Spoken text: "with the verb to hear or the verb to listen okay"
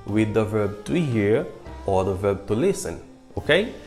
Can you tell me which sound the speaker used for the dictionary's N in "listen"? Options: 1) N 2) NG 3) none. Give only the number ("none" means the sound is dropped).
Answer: 1